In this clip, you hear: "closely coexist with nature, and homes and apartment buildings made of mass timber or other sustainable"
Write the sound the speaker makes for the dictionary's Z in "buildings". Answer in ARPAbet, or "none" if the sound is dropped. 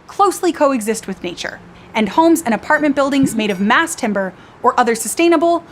Z